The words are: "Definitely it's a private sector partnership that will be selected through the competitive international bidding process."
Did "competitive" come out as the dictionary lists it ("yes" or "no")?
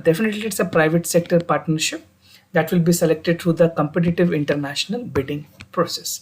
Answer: yes